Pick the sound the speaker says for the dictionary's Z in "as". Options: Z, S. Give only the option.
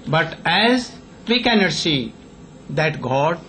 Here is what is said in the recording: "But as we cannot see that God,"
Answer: Z